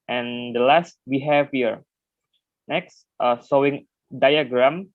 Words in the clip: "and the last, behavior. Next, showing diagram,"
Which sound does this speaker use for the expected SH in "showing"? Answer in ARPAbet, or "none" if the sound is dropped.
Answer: S